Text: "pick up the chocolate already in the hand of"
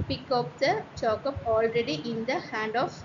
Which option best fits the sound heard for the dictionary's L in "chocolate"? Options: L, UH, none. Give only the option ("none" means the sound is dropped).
none